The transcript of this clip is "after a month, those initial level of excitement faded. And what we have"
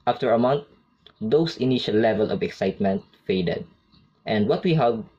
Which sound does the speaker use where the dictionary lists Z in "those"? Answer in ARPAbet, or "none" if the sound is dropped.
S